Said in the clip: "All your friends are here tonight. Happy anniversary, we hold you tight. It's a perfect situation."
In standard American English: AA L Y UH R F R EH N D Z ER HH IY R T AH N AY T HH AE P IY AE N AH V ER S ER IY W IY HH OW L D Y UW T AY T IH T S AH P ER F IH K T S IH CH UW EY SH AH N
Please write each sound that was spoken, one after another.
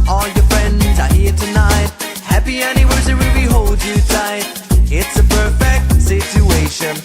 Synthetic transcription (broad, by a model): AA L Y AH R F R EH N D Z ER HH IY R T AH N AY T HH AE P IY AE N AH W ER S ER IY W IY HH OW L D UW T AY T IH T S AH P ER F IH K T S IH CH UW EY SH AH N